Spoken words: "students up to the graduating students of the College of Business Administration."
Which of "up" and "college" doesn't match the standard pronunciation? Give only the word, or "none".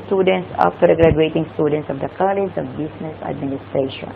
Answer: up